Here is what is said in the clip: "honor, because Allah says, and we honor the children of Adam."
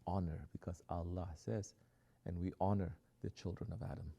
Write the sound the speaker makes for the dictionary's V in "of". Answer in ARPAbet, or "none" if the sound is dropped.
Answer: V